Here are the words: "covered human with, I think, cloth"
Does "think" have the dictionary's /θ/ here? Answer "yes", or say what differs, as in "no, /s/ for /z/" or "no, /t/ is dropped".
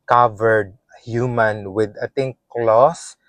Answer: no, /t/ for /θ/